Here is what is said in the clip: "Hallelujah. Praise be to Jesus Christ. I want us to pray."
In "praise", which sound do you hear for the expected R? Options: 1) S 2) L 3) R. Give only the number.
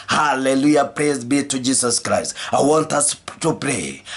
3